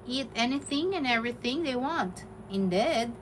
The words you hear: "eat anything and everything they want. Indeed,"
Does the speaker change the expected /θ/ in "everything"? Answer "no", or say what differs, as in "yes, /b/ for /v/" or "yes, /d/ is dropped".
no